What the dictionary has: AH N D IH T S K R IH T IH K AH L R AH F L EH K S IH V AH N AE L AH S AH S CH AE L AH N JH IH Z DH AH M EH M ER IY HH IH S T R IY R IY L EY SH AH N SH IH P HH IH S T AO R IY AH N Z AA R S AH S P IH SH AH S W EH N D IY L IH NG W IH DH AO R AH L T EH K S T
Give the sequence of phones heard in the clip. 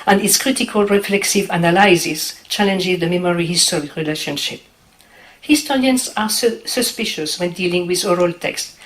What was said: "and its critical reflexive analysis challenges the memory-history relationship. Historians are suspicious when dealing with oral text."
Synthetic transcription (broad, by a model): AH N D IH T S K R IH T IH K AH L R AH F L EH K S IH V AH N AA L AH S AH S CH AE L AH N JH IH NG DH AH M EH M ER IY HH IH S T R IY R IY L EY SH AH N SH IH P HH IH S T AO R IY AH N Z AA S S AH S P IH SH AH S W EH N D IY L IH NG W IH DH AO R AH L T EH K S T